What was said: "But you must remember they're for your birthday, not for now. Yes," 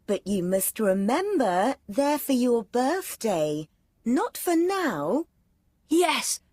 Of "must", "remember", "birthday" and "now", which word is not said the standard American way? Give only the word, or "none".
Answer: none